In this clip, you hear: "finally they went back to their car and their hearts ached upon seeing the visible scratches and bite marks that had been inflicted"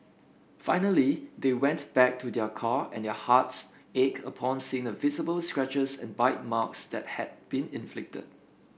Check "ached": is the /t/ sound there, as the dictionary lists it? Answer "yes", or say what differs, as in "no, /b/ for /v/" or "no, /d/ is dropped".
no, /t/ is dropped